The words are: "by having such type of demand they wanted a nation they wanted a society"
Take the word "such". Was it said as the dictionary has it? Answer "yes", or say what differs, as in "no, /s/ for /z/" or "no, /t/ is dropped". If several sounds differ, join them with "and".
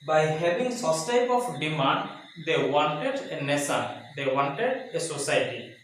no, /s/ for /tʃ/